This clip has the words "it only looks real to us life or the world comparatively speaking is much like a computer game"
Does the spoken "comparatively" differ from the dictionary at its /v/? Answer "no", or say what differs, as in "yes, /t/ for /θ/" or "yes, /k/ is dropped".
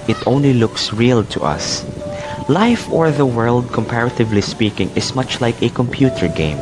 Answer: no